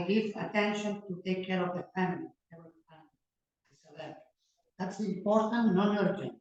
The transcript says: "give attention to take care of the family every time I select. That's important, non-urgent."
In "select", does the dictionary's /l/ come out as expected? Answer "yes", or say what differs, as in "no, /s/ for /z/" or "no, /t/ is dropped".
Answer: no, /l/ is dropped